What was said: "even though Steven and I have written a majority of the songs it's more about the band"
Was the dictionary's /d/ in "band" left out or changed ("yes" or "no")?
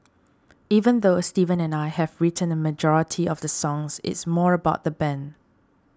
yes